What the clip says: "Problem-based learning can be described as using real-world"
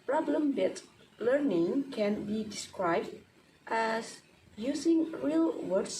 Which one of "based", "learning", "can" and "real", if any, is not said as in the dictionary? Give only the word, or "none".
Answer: based